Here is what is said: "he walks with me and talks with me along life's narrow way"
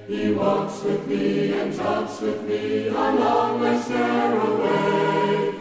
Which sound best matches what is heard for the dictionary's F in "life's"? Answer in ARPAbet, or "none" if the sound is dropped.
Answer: none